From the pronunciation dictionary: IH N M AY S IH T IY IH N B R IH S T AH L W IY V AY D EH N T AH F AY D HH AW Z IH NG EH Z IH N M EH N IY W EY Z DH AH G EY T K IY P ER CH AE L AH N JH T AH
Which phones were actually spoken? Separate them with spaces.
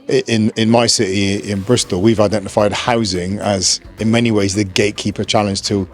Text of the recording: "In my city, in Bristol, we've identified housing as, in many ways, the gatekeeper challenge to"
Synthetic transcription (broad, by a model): IH N M AY S IH T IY IH N B R IH S T AH L W IY V AY D EH N T AH F AY D HH AW Z IH NG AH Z IH N M EH N IY W EY Z DH AH G EY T K IY P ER CH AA L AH N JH T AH